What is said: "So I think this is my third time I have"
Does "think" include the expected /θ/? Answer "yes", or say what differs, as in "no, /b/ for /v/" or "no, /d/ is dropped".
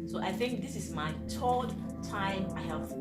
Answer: yes